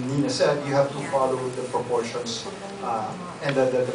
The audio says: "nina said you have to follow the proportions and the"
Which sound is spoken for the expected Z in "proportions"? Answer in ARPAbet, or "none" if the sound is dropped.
S